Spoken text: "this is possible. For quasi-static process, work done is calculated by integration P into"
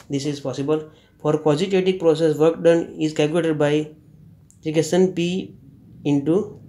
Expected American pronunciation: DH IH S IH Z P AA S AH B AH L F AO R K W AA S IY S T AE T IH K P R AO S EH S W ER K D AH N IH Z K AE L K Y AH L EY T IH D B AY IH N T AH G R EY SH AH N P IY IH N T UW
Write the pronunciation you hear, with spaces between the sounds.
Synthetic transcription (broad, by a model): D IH S IH Z P AA S AH B AH L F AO R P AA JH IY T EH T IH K P R AO S EH S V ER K D AH N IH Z K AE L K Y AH L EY T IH D B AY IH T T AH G EY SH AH N P IY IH N T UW